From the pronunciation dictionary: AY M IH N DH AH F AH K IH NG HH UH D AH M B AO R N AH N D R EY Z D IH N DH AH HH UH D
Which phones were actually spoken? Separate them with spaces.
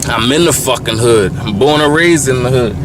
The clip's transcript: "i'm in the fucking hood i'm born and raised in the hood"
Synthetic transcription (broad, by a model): AY M IH N DH AH F AH K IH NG HH UH D AH M B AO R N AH R EY Z IH N DH AH HH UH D